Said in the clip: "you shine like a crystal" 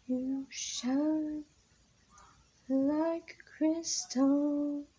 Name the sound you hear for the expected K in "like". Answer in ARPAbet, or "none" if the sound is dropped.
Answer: none